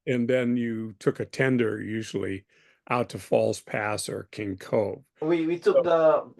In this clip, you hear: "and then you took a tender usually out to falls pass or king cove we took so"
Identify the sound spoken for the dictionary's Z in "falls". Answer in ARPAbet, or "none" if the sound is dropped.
S